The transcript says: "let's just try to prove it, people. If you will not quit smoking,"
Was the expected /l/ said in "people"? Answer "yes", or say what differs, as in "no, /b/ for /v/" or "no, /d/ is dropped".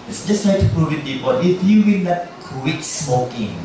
no, /n/ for /l/